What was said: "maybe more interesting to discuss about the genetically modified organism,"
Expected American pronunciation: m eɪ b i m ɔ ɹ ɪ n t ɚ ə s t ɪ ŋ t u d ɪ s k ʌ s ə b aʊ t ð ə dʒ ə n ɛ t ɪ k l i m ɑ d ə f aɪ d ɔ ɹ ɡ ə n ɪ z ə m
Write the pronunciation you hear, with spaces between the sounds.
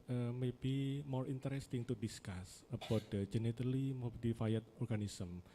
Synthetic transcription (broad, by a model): m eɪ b i m ɔ ɹ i n t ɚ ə s t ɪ ŋ t u d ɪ s k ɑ s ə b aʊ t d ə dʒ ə n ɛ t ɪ l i m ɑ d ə f aɪ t ɔ ɹ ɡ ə n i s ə m